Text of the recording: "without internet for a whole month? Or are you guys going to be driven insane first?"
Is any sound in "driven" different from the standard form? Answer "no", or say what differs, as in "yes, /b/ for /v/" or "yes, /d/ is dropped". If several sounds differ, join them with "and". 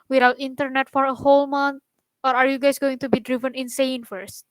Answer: no